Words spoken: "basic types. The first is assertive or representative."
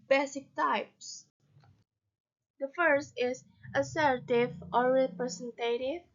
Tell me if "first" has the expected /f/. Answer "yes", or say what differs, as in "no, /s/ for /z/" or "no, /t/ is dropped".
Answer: yes